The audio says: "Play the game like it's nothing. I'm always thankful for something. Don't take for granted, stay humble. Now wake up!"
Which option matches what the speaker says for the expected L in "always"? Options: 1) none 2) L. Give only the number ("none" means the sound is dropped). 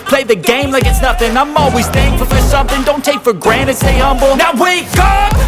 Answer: 2